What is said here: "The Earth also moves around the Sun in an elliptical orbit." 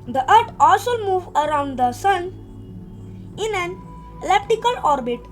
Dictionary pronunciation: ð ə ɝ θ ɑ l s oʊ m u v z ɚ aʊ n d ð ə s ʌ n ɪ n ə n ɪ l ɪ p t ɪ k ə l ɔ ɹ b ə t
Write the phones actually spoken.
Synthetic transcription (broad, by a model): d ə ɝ t ɑ l s oʊ m u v ɚ aʊ n d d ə s ʌ n ɪ n ə n l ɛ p t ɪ k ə l ɔ ɹ b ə t